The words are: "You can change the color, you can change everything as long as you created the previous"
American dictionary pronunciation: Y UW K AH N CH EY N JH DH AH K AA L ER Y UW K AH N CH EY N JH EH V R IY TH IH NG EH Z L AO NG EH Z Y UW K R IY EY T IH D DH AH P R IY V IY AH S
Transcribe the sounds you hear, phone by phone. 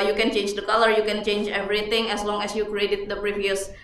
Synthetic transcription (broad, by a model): Y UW K AH N CH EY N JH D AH K AA L ER Y UW K AH N CH EY N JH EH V R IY T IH NG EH S L AO NG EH S Y UW K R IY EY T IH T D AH P R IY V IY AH S